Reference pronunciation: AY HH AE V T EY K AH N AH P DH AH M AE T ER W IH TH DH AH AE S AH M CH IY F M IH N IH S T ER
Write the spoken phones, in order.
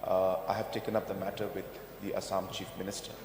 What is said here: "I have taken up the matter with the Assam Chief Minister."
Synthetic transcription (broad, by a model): AY HH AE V T EY K AH N AH P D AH M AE T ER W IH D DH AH S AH M CH IY F M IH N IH S T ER